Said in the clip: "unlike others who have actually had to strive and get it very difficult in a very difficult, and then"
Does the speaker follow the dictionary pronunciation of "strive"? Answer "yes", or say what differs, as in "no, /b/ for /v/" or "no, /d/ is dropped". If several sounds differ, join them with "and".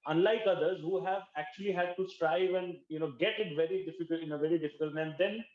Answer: yes